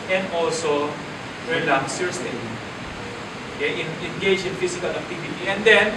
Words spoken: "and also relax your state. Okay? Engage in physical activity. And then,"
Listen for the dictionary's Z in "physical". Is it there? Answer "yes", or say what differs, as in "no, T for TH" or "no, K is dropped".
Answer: no, S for Z